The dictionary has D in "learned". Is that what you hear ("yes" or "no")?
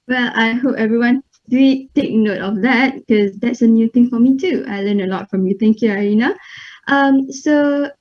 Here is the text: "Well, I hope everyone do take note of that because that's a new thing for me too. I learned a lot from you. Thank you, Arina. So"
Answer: no